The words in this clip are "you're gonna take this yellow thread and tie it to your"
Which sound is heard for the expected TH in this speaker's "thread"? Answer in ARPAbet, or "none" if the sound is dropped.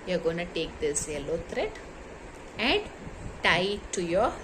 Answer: T